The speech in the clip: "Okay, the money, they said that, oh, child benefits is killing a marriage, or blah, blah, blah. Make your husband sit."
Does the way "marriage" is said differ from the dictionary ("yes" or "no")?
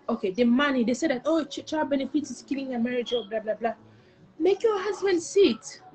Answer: no